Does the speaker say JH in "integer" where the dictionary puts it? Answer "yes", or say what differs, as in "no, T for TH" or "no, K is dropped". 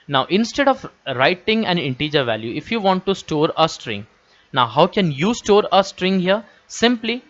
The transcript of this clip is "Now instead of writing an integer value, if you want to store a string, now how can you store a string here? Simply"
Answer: yes